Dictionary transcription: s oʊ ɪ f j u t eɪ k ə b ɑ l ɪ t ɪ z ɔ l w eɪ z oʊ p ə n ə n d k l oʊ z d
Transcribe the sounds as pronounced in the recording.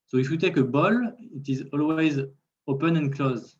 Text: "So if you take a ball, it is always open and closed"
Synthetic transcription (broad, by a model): s oʊ ɪ f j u t eɪ k ə b ɑ l ɪ t ɪ z ɔ l w eɪ z oʊ p ə n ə n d k l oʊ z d